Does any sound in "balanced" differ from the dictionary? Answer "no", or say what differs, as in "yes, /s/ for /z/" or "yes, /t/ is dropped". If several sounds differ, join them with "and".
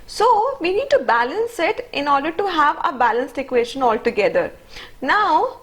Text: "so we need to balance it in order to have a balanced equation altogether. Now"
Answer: no